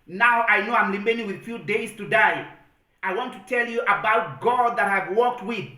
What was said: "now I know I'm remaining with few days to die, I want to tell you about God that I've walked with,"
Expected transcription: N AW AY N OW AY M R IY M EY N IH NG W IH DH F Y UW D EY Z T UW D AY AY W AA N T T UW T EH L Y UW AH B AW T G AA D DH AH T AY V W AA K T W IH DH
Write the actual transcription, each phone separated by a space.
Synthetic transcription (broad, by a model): N AW AY N OW AY M L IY M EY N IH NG W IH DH F Y UW D EY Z T UW D AY AY W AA N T T UW T EH L Y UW AH B AW T G AA D DH AH T AY V W AA K T W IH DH